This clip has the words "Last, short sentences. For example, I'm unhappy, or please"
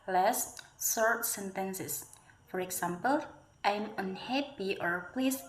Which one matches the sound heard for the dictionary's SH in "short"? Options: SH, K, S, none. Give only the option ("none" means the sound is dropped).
S